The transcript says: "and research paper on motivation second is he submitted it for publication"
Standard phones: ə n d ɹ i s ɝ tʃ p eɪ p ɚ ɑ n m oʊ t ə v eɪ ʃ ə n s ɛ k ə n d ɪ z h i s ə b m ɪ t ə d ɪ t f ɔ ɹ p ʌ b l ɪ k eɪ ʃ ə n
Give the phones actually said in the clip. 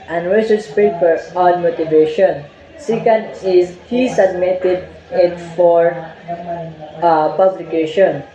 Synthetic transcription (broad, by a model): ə n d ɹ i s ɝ s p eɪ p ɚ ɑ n m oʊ t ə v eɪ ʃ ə n s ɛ k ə n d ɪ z h i s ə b m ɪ t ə d ɪ t f ɔ ɹ p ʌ b l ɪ k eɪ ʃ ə n